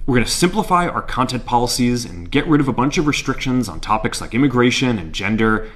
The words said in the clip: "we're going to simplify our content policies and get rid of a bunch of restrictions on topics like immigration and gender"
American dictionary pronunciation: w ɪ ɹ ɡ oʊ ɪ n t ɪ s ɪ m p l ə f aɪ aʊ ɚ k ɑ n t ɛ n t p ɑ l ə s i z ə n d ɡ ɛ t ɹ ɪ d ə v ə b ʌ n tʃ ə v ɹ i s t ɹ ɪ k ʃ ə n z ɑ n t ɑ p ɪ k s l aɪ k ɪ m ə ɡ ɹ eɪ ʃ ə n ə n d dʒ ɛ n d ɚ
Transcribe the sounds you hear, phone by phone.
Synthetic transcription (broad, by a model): w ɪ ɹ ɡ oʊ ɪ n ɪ s ɪ m p l ə f aɪ aʊ ɚ k ɑ n t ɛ n p ɑ l ə s i z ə n ɡ ɛ t ɹ ɪ d ə v ə b ʌ n tʃ ə v ɹ i s t ɹ ɪ k ʃ ə n z n t ɑ p ɪ k s l aɪ k ɪ m ə ɡ ɹ eɪ ʃ ə n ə n dʒ ɛ n d ɚ